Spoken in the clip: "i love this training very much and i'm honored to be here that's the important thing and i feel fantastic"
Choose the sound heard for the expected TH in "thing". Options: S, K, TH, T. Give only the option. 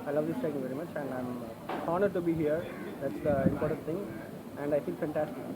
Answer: T